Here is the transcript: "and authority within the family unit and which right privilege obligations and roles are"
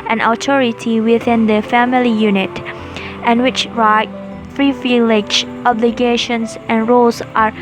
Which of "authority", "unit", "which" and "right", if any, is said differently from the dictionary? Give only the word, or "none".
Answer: authority